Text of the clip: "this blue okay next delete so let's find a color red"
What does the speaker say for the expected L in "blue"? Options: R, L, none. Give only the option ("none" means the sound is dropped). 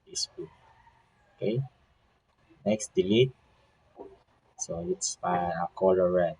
none